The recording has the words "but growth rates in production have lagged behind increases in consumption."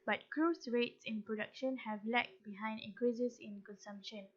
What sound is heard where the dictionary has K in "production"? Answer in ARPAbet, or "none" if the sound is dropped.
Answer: K